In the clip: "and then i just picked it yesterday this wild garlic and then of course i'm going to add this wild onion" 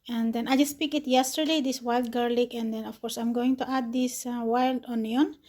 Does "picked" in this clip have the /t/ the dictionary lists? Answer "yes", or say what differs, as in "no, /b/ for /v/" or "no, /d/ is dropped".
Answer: no, /t/ is dropped